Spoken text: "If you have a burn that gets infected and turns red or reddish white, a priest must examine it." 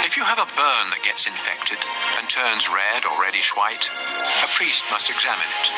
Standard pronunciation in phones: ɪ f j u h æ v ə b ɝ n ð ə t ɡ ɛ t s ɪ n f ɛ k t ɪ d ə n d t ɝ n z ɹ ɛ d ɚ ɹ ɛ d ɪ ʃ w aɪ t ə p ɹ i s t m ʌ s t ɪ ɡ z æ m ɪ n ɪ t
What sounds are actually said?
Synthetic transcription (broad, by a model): ɪ f j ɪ v ə b ɝ n ð ə t ɡ ɛ t s ɪ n f ɛ k t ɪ d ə n t ɝ n z ɹ ɛ d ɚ ɹ ɛ d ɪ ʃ w aɪ t ə p ɹ i s t m ʌ s t ɪ ɡ z æ m ɪ n ɪ t